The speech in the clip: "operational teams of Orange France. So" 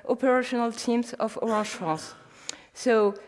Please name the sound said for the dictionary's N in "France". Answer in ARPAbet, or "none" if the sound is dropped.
none